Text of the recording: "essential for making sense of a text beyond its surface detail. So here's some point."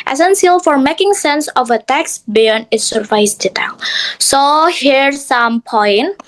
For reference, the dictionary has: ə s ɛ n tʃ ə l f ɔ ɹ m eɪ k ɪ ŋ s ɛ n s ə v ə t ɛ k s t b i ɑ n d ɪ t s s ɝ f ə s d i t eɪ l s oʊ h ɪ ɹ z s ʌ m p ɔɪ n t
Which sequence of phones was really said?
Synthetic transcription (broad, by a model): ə s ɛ n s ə l f ɔ ɹ m eɪ k ɪ ŋ s ɛ n s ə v ə t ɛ k s b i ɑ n ɪ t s s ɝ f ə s d i t eɪ l s oʊ h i ɹ s ʌ m p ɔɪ n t